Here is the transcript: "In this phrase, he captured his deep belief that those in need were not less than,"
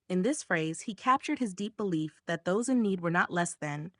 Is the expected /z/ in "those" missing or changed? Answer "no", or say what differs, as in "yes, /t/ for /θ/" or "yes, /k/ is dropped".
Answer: no